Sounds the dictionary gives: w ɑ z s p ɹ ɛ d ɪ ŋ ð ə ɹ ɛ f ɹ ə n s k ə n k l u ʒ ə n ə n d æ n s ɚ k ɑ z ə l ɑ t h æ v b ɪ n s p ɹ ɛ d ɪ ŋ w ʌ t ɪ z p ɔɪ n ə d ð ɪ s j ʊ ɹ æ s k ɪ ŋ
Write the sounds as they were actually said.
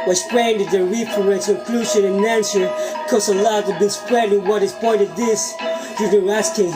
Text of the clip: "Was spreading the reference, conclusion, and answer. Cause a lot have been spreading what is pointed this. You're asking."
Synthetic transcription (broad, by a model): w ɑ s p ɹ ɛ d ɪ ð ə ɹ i p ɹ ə s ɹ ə k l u ʃ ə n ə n æ n s ɚ k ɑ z ə l ɑ t b ɪ n s p ɹ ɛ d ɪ w ʌ t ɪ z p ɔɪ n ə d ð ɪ s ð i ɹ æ s k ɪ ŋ